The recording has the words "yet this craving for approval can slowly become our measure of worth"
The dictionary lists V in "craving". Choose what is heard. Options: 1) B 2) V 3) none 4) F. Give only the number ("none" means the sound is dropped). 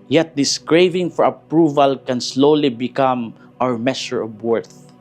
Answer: 2